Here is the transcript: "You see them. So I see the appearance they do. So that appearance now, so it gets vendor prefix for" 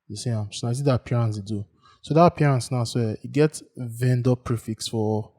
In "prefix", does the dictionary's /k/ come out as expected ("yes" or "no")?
yes